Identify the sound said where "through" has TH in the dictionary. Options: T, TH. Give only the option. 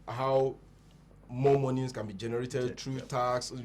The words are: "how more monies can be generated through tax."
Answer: T